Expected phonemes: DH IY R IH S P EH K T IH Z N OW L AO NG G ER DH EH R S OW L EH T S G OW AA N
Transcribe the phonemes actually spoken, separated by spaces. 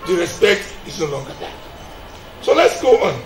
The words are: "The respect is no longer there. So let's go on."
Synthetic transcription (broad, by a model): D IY R IH S P EH K T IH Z N OW L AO NG G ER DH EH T S OW L EH T S G OW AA N